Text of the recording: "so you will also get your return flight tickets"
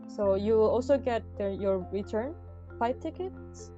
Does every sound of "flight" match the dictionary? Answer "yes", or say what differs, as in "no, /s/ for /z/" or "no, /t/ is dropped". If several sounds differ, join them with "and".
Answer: no, /l/ is dropped